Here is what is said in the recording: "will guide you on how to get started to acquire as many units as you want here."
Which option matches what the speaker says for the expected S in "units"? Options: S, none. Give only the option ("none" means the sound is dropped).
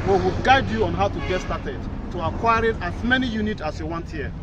none